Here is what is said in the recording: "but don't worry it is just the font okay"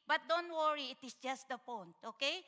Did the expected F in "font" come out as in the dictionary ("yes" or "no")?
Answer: no